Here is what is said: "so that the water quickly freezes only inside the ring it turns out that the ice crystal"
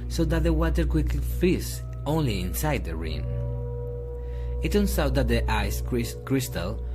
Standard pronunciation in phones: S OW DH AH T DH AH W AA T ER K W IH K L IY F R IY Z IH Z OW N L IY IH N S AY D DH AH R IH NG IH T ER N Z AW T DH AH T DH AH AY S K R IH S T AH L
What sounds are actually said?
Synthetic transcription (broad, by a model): S OW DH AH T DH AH W AA T ER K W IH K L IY F IY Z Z OW N L IY IH N S AY D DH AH R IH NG IH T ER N S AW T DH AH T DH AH AY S K R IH S T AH L